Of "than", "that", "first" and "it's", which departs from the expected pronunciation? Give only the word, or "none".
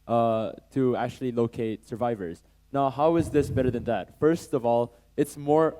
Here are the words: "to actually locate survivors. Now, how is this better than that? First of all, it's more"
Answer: none